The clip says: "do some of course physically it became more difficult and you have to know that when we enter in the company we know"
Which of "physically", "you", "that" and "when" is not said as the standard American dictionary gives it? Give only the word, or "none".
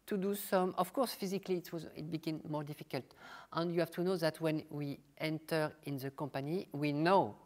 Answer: physically